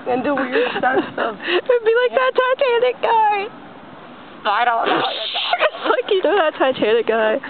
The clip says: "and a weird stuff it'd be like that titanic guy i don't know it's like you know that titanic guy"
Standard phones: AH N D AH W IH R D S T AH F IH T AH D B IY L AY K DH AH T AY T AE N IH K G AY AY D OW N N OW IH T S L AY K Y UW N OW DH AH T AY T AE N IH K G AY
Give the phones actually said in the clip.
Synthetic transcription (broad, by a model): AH N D AH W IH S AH AH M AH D B IY L AY K DH AH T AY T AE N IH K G AY AY D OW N N OW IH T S L AY K Y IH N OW DH AH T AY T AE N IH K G AY